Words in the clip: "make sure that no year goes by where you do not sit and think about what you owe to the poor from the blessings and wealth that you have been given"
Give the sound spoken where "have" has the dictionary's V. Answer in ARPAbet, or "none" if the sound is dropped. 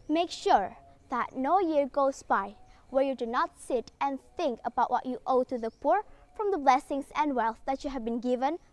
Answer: V